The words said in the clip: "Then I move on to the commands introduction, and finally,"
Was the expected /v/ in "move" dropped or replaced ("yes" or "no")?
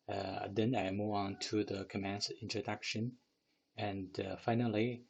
yes